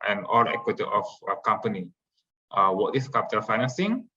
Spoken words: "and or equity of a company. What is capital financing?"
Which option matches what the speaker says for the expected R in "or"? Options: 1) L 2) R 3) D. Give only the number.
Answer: 1